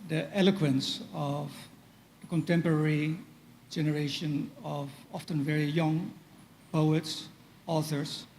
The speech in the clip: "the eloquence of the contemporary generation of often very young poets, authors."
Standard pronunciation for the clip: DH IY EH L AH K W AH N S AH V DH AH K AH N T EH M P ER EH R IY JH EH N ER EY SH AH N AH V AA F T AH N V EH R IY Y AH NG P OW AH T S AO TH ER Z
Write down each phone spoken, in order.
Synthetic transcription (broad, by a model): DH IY EH L AH K W AH N S AH V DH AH K AH N T EH M P ER EH R IY JH EH N ER EY SH AH N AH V AA F T AH N V EH R IY Y AH NG P OW AH T S AO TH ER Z